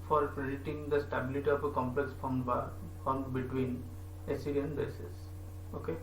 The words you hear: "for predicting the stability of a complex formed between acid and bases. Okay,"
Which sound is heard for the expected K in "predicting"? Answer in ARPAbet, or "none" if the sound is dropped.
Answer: none